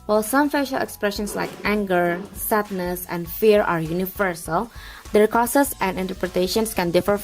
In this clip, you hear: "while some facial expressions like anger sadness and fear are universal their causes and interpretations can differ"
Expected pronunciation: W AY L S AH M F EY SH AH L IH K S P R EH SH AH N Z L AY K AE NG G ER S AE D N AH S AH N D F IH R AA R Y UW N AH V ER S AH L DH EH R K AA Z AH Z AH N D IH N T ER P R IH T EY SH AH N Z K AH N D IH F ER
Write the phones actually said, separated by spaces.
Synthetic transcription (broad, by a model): W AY L S AH M F EY SH AH L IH K S P R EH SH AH N S L AY K AE NG G ER S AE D N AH S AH N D F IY R AA R Y UW N AH V ER S AH L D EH R K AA S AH S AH N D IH N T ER P R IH T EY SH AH N S K AH N D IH F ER